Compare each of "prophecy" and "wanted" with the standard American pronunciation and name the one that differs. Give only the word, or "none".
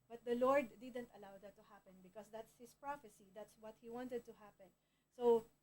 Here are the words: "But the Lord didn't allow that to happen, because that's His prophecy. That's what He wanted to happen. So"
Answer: none